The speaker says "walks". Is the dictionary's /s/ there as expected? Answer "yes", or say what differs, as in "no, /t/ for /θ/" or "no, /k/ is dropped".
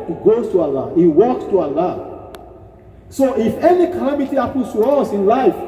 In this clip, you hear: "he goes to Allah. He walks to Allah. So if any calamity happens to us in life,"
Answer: yes